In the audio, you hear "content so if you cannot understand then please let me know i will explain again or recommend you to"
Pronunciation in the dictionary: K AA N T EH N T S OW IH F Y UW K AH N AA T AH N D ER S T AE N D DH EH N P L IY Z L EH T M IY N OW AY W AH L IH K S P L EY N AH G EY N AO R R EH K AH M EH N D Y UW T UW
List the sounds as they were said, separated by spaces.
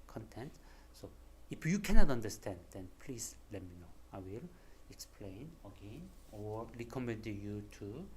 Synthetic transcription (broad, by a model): K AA N T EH N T S OW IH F Y UW K AH N AA T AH N D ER S T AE N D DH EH N P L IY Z L EH T M IY N OW AY W AH L IH K S P L EY N AH G EY N AO R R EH K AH M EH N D Y UW T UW